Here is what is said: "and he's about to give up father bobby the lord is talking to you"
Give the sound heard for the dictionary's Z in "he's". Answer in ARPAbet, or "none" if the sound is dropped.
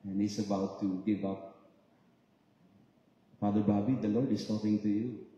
S